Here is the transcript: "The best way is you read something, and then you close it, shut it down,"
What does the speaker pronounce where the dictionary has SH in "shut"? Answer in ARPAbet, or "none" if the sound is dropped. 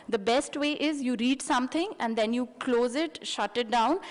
SH